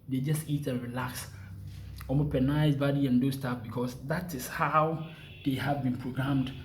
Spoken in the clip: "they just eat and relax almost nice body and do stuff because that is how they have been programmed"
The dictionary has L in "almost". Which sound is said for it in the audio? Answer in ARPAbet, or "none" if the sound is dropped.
none